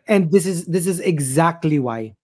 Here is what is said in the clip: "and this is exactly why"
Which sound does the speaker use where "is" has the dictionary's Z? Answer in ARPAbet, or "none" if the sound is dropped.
Z